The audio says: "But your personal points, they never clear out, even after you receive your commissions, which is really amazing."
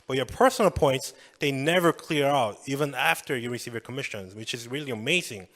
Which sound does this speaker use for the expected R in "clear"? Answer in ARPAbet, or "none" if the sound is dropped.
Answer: R